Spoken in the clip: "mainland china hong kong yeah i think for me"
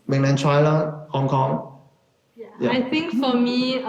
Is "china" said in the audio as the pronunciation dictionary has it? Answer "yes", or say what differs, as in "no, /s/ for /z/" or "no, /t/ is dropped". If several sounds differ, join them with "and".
no, /l/ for /n/